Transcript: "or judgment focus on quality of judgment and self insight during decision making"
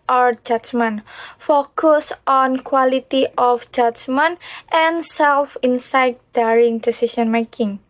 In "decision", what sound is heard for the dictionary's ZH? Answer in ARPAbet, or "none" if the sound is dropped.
S